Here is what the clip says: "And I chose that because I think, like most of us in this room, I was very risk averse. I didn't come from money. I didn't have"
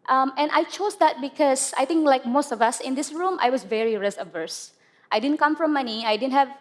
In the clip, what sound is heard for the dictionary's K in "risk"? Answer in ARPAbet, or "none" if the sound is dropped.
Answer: none